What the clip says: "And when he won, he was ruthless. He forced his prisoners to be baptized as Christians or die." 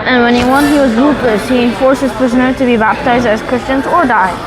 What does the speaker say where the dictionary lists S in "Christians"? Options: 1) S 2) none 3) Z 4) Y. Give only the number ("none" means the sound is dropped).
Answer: 1